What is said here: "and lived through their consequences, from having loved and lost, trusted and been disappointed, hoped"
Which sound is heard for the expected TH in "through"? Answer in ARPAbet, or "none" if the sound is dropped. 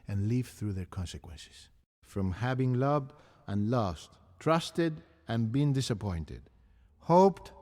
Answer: TH